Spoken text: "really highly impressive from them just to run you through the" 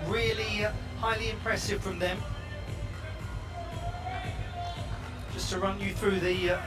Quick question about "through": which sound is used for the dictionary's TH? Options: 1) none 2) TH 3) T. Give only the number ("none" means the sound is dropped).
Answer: 2